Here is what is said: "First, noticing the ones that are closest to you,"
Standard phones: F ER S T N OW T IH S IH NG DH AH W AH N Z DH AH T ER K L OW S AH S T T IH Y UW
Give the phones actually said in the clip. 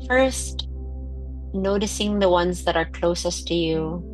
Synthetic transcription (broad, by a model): F ER S T N OW T IH S IH NG DH AH W AH N Z DH AH T ER K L OW S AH S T T IH Y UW